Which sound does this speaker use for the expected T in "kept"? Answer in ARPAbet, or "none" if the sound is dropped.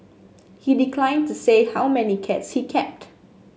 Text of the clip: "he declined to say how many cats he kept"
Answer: T